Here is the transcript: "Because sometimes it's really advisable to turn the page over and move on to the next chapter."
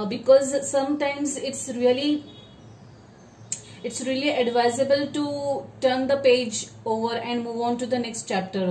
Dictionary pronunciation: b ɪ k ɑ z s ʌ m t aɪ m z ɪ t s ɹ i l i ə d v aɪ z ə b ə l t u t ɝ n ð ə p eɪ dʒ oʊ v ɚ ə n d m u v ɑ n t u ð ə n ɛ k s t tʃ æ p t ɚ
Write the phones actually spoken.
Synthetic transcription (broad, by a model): b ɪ k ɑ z s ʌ m t aɪ m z ɪ t s ɹ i l i ə d v aɪ z ə b ə l t u t ɝ n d ə p eɪ dʒ oʊ v ɚ ə n d m u v ɑ n t u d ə n ɛ k s t tʃ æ p t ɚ